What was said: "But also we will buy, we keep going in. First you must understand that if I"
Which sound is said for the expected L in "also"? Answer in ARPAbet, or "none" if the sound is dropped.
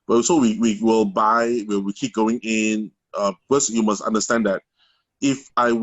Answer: none